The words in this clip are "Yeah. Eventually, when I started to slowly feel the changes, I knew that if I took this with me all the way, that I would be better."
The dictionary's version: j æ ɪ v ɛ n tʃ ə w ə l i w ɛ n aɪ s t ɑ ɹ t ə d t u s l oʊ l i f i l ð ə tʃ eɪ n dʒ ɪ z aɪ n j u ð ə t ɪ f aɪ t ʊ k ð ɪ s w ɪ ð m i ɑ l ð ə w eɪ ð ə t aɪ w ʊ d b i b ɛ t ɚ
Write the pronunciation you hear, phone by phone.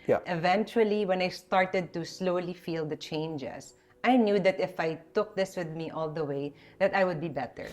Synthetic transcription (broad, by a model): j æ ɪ v ɛ n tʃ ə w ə l i w ɛ n aɪ s t ɑ ɹ t ə d t u s l oʊ l i f i l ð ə tʃ eɪ n dʒ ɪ s aɪ n j u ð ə t ɪ f aɪ t ʊ k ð ɪ s w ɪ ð m i ɑ l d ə w eɪ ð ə t aɪ w ʊ d b i b ɛ t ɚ